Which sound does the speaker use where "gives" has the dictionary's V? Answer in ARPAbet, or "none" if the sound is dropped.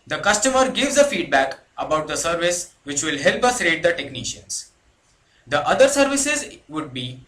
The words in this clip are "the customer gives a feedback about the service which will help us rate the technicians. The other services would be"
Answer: V